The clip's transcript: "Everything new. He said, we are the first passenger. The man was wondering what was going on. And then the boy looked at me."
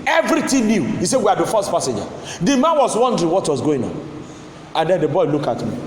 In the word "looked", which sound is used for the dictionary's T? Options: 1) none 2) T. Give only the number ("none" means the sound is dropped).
1